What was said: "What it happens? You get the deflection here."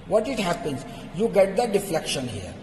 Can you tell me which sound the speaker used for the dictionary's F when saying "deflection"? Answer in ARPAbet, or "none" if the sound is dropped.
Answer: F